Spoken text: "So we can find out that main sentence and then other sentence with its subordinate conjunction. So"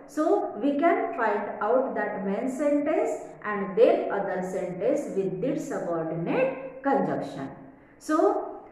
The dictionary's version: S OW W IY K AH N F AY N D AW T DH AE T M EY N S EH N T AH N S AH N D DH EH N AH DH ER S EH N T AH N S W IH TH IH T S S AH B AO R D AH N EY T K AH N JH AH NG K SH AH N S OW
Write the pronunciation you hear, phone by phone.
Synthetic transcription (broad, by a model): S OW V IY K AH N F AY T AW T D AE T M EY N S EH N T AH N S AH N D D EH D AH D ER S EH N T AH N S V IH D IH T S S AH B AO R D AH N EY T K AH N JH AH K SH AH N S OW